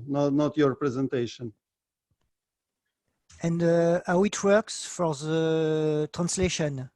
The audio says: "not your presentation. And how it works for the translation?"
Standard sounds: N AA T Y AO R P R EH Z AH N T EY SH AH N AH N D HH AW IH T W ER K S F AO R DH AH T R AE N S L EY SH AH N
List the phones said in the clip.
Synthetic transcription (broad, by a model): N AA T Y AO R P R EH Z AH N T EY SH AH N AH N D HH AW IH T W ER K S F AO R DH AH T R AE N S L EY SH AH N